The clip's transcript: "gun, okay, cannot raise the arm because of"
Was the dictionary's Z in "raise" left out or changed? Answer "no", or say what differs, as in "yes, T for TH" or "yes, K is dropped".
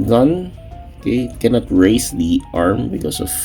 yes, S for Z